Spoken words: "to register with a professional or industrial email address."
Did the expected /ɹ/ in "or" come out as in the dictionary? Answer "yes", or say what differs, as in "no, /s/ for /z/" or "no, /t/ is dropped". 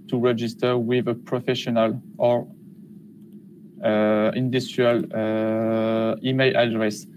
yes